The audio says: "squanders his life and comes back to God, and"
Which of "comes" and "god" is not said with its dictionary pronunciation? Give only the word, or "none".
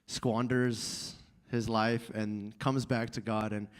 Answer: none